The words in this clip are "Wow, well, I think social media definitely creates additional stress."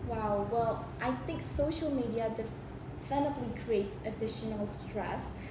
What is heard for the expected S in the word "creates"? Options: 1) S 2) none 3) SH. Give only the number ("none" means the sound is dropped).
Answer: 1